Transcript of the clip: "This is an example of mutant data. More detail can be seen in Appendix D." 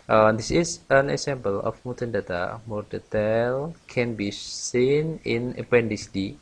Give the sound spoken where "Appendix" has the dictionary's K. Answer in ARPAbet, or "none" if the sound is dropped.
none